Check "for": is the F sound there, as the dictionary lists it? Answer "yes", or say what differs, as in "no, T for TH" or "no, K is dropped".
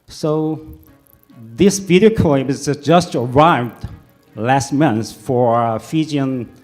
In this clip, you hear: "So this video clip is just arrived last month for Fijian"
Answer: yes